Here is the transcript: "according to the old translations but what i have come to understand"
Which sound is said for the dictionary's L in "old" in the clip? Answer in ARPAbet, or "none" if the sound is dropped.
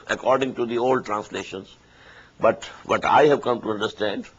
L